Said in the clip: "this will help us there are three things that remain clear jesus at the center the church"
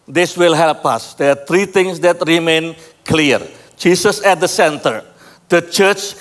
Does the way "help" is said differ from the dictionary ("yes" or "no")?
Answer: no